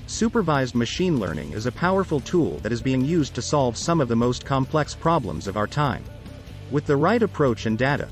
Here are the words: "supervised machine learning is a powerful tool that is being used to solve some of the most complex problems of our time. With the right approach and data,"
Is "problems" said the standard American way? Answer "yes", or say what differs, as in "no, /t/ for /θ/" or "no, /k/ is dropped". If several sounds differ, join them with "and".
yes